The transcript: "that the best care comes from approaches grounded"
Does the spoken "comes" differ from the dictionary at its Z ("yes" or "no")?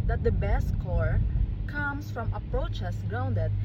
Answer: yes